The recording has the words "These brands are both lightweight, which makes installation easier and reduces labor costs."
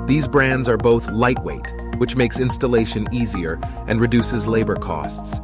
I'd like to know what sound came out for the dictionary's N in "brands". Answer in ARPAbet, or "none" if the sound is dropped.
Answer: N